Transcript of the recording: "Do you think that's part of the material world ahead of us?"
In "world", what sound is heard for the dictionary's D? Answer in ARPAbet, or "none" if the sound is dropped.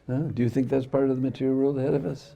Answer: none